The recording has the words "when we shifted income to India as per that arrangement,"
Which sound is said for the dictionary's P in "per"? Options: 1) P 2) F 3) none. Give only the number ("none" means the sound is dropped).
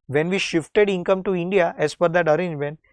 2